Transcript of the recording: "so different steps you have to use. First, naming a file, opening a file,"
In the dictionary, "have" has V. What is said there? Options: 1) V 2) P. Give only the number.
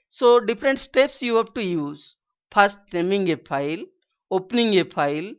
2